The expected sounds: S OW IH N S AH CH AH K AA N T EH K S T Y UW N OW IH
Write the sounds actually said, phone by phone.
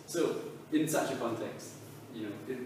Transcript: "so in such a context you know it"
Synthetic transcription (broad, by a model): S OW IH N S AH CH AH K AA N T EH K S T Y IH N OW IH